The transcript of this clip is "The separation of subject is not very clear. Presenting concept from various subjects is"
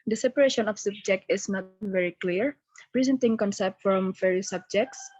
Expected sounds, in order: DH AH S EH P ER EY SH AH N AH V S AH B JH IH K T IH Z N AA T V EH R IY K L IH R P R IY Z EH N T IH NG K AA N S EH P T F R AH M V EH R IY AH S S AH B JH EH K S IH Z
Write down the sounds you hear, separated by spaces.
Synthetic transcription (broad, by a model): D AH S EH P ER EY SH AH N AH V S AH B JH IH K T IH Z N AA T V EH R IY K L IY R P R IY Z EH N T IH NG K AA N S EH P T F R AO M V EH R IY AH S S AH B JH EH K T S